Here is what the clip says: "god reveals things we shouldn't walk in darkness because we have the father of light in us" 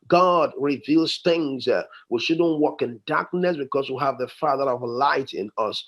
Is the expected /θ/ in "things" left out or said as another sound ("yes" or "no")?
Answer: no